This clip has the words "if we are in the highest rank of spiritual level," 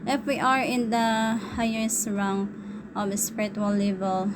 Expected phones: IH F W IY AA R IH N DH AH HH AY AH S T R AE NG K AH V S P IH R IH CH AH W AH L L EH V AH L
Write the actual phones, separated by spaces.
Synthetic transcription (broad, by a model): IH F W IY AA R IH N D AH HH AY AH S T R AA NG AH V S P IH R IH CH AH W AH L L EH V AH L